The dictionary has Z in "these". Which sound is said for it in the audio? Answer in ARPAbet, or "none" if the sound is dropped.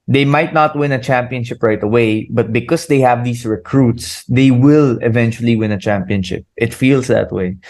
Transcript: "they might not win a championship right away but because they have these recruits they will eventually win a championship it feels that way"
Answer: S